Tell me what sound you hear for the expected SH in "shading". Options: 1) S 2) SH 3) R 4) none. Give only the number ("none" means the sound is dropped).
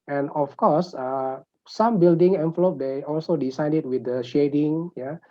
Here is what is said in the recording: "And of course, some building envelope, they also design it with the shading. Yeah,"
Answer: 2